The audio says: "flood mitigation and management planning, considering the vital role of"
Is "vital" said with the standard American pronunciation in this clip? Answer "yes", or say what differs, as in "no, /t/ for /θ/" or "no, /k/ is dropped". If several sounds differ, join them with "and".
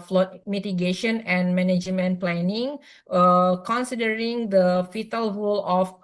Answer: no, /f/ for /v/